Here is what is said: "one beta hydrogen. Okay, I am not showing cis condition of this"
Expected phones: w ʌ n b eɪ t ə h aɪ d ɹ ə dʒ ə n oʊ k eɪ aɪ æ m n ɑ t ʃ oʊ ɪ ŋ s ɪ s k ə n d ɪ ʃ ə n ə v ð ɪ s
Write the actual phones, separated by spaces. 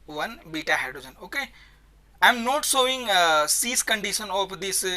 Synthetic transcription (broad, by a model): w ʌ n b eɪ t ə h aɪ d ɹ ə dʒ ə n oʊ k eɪ aɪ m n ɑ t s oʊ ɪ ŋ s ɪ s k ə n d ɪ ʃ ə n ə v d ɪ s